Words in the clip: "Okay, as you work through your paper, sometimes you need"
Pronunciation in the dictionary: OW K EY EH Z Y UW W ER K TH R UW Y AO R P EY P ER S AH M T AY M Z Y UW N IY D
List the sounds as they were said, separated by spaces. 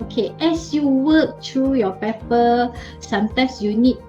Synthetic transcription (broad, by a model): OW K EY EH S Y UW W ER K T R UW Y AO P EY P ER S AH M T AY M S Y UW N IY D